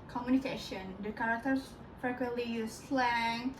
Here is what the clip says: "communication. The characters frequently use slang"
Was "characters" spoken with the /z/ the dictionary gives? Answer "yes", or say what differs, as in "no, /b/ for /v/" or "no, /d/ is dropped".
no, /s/ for /z/